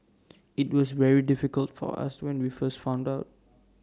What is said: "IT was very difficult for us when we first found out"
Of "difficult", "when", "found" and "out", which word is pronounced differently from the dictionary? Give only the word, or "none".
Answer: none